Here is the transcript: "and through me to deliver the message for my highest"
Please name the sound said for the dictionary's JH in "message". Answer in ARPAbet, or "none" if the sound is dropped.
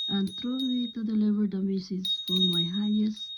Z